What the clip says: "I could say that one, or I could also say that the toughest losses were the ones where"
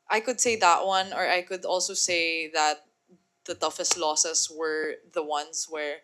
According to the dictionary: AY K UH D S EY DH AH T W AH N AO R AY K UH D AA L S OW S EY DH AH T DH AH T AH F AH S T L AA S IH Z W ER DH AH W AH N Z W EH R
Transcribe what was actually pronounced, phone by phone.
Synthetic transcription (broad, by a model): AY K UH D S EY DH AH T W AH N AO R AY K UH D AA L S OW S EY DH AH T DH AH T AH F AH S T L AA S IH S W ER DH AH W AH N S W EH R